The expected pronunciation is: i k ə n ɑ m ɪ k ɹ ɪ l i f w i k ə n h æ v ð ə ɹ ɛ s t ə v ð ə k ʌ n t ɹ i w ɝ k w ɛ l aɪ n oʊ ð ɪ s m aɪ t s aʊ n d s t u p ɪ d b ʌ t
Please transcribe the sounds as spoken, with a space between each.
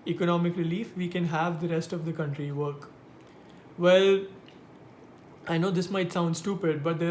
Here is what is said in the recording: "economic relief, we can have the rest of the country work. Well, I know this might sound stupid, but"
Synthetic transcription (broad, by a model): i k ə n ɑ m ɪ k ɹ ɪ l i f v i k ə n h æ v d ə ɹ ɛ s t ə v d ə k ʌ n t ɹ i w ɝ k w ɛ l aɪ n oʊ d ɪ s m aɪ t s aʊ n d s t u p ɪ d b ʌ t